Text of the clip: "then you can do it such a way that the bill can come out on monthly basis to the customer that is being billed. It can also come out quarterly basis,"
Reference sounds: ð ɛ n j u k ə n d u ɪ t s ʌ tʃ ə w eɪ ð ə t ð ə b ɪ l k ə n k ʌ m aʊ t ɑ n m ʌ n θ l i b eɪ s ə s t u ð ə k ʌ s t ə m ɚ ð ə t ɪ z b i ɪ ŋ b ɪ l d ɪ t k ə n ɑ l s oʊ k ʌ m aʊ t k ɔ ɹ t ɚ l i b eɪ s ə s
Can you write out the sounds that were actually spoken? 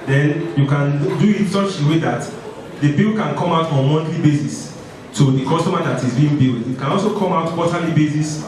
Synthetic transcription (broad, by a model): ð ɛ n j u k ə n d u ɪ t s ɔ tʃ ə w eɪ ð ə t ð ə b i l k ə n k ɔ m aʊ t ɑ n m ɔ n t l i b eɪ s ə s t u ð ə k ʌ s t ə m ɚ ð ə t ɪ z b i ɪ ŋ b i l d ɪ t k ə n ɑ l s oʊ k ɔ m aʊ t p ɔ t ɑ l i b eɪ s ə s